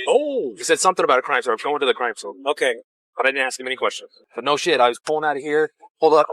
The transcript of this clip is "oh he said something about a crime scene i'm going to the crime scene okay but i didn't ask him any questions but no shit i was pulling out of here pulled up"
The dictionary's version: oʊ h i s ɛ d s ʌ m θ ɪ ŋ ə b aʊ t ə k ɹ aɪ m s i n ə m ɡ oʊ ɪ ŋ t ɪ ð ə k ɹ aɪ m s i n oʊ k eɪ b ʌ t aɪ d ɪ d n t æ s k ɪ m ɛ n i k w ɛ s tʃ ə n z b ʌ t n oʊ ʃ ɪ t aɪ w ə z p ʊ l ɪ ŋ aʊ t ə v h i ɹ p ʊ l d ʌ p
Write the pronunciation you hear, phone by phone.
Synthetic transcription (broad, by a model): oʊ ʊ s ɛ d s ʌ m θ ɪ ŋ ə b aʊ t k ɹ aɪ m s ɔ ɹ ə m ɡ oʊ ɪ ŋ t ɪ ð ə k ɹ aɪ m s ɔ oʊ k eɪ b ʌ t aɪ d ɪ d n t æ s k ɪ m ɛ n i k w ɛ s tʃ ə n z b ʌ t n oʊ ʃ ɪ t aɪ w ə z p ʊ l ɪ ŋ aʊ t h i ɹ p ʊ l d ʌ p